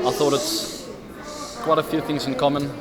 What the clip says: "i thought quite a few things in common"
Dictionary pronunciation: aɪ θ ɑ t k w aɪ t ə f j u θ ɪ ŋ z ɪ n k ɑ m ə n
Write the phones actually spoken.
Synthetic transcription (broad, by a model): aɪ θ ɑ t k w aɪ t ə f j u θ ɪ ŋ z ɪ n k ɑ m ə n